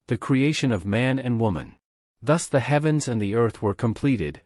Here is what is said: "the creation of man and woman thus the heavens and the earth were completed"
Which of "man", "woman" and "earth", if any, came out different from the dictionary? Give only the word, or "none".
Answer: none